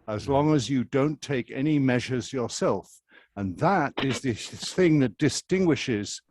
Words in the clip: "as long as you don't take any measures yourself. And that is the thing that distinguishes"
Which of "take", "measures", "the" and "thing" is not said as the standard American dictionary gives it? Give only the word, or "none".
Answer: none